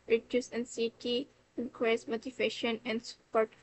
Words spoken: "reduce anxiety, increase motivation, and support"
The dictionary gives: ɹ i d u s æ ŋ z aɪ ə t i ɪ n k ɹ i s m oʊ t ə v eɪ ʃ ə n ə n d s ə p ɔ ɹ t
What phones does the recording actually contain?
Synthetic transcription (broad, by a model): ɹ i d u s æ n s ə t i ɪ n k ɛ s m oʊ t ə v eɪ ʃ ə n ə n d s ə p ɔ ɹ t